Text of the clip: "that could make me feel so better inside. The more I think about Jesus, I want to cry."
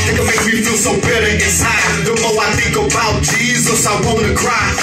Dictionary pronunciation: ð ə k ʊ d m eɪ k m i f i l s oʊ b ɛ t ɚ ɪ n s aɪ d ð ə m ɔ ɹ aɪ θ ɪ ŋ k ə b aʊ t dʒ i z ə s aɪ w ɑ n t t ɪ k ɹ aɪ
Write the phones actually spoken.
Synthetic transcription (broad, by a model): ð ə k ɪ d m eɪ k m i f i l s oʊ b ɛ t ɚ ɪ n s aɪ d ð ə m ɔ l aɪ θ ɪ ŋ k ə b aʊ t dʒ i z ə s aɪ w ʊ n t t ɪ k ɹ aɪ